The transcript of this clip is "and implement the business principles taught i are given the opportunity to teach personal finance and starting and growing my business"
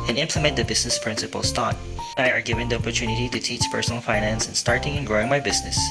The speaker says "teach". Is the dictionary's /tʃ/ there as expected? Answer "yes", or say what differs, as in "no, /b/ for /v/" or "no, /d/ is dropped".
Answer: yes